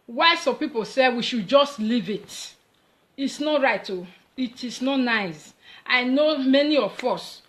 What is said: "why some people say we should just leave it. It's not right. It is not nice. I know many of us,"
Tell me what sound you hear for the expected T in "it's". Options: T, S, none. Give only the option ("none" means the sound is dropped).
T